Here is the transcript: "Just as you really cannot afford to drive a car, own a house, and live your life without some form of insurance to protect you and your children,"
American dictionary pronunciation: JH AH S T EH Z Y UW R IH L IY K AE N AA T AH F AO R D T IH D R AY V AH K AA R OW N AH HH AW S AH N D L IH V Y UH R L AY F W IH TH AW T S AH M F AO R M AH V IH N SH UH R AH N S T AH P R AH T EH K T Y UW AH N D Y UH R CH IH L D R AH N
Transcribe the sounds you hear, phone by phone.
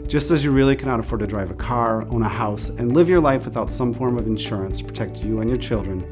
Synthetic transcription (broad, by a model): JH AH S T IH Z Y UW R IH L IY K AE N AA T AH F AO R D T IH D R AY V AH K AA R OW N AH HH AW S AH N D L IH V Y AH R L AY F W IH TH AW T S AH M F AO R M AH V IH N SH UH R AH N S P R AH T EH K T Y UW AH N Y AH R CH IH L D R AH N